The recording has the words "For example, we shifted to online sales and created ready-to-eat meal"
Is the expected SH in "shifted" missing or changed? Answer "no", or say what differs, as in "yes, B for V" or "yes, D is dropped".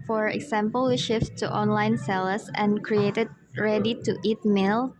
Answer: no